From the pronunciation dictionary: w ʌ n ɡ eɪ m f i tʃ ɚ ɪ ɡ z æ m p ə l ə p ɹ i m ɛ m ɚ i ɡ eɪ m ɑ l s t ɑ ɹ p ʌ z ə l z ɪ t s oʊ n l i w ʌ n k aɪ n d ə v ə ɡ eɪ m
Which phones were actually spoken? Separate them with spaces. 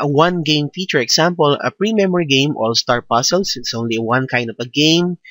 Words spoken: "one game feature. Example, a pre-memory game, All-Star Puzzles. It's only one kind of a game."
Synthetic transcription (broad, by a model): w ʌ n ɡ eɪ m f i tʃ ɚ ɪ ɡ s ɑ m p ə l ə p ɹ i m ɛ m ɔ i ɡ eɪ m ɑ l s t ɑ ɹ p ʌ s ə l s ɪ t s oʊ n l i w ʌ n k aɪ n d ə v ə ɡ eɪ m